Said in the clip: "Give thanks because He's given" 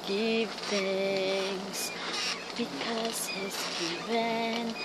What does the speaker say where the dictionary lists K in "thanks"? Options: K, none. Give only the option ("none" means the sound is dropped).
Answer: none